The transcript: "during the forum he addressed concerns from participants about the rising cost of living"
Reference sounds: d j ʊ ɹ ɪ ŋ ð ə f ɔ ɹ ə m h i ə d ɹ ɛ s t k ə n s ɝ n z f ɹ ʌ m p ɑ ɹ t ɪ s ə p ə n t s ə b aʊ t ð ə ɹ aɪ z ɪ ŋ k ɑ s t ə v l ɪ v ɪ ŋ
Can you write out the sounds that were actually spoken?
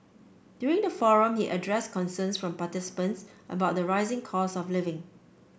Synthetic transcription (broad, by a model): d j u ɹ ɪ ŋ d ə f ɔ ɹ ə m h i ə d ɹ ɛ s k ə n s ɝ n s f ɹ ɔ m p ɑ t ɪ s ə p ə n t s ə b aʊ t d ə ɹ aɪ z ɪ ŋ k ɑ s ə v l ɪ v ɪ ŋ